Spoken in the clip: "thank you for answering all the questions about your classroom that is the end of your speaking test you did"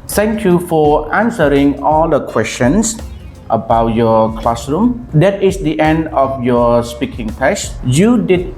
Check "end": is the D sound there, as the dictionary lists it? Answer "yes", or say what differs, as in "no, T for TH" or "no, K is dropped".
yes